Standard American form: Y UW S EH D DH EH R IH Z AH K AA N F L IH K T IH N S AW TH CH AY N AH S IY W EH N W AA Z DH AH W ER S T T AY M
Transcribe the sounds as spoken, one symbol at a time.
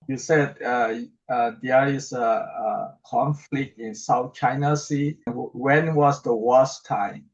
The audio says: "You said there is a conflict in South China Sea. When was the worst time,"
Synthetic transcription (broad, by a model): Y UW S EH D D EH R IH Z AH K AA N F L IH K T IH N S AW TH CH AY N AH S IY W EH N W AA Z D AH W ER S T T AY M